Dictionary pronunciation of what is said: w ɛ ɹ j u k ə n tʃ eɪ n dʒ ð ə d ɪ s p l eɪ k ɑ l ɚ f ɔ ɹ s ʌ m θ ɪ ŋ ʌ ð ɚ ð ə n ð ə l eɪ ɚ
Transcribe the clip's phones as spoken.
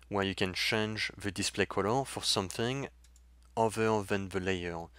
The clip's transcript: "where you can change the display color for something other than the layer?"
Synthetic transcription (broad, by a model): w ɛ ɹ j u k ə n tʃ eɪ n dʒ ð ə d ɪ s p l eɪ k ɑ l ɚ f ɔ ɹ s ʌ m θ ɪ ŋ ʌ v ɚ ð ə n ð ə l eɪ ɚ